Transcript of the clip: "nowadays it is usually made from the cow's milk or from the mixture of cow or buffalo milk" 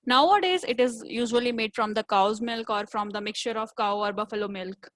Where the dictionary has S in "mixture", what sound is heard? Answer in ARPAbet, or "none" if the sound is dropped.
S